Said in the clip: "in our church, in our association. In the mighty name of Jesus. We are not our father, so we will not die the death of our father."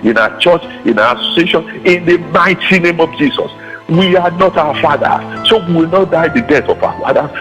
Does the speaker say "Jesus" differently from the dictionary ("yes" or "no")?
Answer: yes